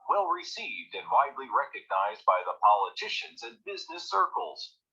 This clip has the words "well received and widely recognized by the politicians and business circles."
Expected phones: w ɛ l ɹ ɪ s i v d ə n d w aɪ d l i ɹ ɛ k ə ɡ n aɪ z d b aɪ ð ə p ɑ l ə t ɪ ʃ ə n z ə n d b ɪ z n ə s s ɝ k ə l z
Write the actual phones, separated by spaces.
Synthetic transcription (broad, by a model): w ɛ l ɹ ɪ s i v d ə n w aɪ d l i ɹ ɛ k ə ɡ n aɪ z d b aɪ ð ə p ɑ l ə t ɪ ʃ ə n z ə n b ɪ z n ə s s ɝ k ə l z